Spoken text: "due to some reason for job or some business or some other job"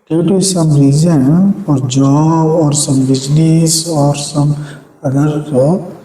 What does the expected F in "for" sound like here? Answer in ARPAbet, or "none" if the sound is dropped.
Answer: P